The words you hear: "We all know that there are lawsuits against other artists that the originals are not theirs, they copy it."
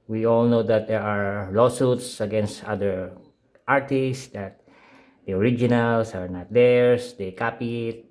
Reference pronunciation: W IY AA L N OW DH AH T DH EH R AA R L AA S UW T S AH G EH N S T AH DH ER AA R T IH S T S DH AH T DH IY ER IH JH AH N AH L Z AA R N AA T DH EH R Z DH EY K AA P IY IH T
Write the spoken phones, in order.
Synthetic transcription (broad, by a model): W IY AA L N OW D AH T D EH R AA R L AA S UW T S AH G EH N S T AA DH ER AA R T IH S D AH T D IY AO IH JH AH N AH L S AA R N AA T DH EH R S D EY K AA P IY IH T